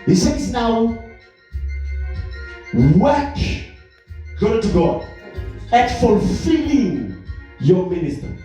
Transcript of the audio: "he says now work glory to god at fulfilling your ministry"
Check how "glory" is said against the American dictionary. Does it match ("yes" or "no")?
no